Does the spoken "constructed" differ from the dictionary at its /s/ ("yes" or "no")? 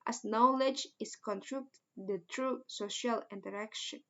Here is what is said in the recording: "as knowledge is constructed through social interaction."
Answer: yes